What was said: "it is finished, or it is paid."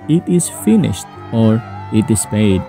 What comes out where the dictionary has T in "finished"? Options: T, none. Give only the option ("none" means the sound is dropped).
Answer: T